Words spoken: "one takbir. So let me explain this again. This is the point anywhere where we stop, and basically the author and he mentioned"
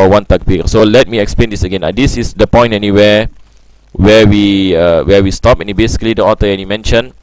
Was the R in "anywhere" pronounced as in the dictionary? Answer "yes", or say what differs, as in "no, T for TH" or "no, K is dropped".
no, W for R